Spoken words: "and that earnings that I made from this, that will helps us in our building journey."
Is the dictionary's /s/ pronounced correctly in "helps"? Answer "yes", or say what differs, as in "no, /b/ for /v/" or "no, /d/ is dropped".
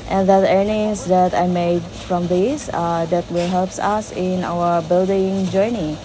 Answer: yes